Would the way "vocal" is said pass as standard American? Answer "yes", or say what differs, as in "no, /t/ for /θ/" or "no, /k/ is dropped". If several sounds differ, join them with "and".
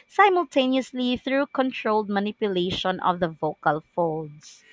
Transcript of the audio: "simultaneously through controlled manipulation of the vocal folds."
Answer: yes